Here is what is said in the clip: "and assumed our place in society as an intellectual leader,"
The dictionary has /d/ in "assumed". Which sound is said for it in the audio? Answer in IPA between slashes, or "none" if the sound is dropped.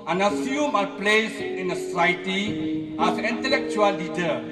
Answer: none